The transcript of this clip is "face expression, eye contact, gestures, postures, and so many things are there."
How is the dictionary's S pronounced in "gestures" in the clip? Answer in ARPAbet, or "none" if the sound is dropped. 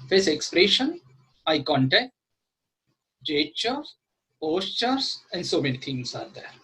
none